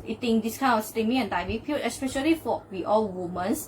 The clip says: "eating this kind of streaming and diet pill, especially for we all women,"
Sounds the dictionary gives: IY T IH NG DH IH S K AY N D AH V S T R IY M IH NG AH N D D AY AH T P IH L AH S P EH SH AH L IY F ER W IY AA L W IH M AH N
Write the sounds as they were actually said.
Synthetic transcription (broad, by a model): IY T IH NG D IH S K AY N AH F S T IY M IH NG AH N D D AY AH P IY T AH S P EH SH AH L IY F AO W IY AA L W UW M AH N